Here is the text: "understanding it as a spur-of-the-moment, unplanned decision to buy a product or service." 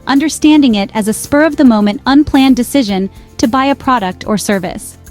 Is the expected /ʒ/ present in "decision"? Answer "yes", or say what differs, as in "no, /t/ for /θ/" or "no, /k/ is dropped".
yes